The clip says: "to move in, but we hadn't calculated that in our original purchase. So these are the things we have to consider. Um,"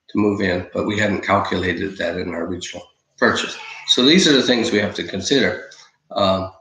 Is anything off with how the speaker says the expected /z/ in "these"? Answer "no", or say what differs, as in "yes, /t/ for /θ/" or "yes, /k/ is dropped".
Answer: no